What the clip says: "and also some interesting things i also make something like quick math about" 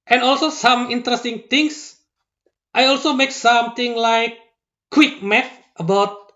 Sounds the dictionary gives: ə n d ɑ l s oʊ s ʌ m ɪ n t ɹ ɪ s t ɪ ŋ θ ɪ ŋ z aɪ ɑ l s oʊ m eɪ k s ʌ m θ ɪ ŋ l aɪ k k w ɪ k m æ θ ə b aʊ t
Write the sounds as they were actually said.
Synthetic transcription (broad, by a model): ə n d ɑ l s oʊ s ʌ m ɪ n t ɹ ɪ s t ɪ ŋ t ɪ ŋ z aɪ ɑ l s oʊ m eɪ k s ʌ m t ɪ ŋ l aɪ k k w ɪ k m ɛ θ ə b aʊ t